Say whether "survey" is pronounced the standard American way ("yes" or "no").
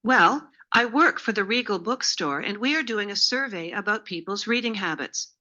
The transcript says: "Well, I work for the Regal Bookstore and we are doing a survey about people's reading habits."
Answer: yes